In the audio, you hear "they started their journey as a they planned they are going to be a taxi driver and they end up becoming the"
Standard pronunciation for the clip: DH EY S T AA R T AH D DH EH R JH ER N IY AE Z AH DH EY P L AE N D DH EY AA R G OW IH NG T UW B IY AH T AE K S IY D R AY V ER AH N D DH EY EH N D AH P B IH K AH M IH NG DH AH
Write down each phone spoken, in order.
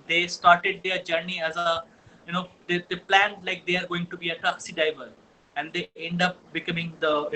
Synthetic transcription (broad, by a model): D EY S T AA R T AH D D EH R JH ER N IY AE Z AH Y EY P L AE N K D EY AA R G OW IH NG T UW B IY AH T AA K S IY D AY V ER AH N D EY EH N D AH P B IH K AH M IH NG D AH